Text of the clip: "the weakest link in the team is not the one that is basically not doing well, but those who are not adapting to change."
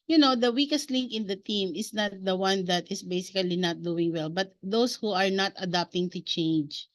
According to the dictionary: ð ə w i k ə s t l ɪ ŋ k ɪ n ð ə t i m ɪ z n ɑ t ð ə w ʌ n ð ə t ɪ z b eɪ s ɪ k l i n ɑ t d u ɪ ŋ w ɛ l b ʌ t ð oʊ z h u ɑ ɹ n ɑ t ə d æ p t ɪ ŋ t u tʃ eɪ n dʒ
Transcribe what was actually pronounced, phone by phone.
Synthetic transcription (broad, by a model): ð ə w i k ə s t l ɪ ŋ k ɪ n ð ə t i m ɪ s n ɑ t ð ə w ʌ n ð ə t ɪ s b eɪ s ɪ k l i n ɑ t d u ɪ ŋ w ɛ l b ʌ t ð oʊ s h u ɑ ɹ n ɑ t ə d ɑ p t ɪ ŋ t u tʃ eɪ n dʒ